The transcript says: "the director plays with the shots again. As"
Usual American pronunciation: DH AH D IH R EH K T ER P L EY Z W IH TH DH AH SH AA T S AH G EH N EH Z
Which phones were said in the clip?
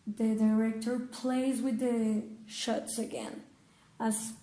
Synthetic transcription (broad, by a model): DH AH D IH R EH K T ER P L EY Z W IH DH AH SH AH T S AH G EH N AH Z